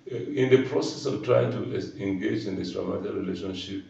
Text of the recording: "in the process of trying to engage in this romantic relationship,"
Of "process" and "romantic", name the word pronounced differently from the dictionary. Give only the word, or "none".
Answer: romantic